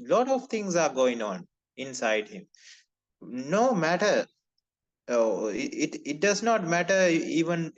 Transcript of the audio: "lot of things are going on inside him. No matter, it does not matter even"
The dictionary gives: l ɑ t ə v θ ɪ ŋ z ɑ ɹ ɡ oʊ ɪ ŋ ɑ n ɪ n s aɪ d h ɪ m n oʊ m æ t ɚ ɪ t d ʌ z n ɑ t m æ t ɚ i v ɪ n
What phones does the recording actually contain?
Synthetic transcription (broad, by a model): l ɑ t ə v t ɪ ŋ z ɑ ɹ ɡ oʊ ɪ ŋ ɑ n ɪ n s aɪ d h ɪ m n oʊ m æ t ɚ ɪ t d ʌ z n ɑ t m æ t ɚ i v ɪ n